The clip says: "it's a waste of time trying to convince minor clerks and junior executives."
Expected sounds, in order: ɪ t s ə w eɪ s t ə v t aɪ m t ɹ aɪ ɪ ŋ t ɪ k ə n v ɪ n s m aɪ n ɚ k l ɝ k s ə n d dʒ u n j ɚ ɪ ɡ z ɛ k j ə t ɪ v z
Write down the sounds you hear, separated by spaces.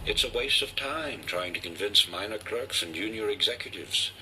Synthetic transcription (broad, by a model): ɪ t s ə w eɪ s t ə v t aɪ m t ɹ aɪ ɪ ŋ t ɪ k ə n v ɪ n s m aɪ n ɚ k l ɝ k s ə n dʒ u n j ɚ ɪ ɡ z ɛ k j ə t ɪ v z